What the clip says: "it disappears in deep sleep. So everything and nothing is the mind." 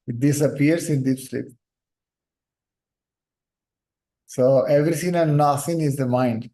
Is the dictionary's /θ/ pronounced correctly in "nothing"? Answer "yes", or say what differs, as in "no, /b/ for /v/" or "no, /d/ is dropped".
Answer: no, /s/ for /θ/